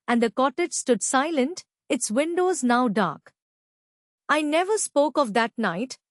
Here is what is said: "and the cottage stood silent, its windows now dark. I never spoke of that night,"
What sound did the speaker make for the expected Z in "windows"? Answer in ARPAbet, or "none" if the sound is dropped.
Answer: Z